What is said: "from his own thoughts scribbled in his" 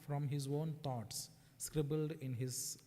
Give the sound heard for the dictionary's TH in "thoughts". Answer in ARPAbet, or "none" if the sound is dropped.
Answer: T